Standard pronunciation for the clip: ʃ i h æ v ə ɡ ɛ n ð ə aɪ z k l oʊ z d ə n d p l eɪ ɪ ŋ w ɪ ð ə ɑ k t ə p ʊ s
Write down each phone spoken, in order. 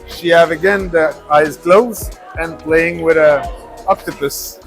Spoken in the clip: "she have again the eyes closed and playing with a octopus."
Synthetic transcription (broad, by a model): ʃ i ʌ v ə ɡ ɛ n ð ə aɪ z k l oʊ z ə n p l eɪ ɪ ŋ w ɪ ð ə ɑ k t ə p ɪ s